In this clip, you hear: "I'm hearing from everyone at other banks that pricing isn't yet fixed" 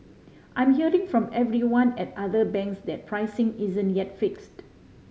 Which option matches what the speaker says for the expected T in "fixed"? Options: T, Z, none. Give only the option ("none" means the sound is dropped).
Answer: T